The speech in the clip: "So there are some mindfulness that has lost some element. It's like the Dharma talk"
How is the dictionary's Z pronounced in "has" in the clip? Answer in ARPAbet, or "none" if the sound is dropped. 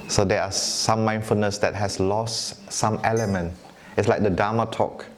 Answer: S